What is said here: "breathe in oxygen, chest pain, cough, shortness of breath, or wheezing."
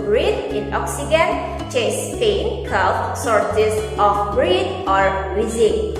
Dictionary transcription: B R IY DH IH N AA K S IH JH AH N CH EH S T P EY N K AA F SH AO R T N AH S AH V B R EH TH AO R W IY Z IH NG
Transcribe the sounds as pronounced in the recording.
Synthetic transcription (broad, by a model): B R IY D IH N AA K S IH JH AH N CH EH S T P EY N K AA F S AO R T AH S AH F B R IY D AO R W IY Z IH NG